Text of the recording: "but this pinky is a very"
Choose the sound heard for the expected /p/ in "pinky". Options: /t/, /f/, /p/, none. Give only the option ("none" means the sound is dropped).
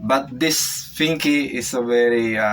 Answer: /f/